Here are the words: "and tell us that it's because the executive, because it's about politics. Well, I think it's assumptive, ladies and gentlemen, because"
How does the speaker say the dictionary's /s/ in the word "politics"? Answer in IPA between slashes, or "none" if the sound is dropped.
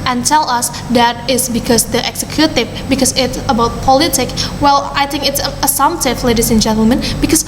none